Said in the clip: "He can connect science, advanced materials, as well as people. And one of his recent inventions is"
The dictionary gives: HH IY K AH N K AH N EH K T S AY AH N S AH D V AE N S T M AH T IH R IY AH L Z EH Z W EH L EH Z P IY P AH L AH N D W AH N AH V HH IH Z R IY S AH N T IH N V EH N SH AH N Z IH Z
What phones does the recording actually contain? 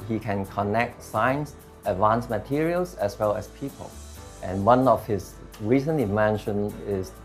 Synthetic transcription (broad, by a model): HH IY K AH N K AH N EH K T S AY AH N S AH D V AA N S M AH T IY R IY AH L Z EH S W EH L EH S P IY P AH L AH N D W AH N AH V HH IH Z R IY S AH N IH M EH N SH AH N IH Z